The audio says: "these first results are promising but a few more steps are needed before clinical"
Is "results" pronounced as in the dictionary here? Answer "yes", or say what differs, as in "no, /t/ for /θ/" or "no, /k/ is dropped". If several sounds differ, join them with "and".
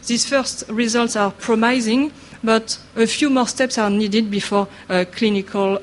yes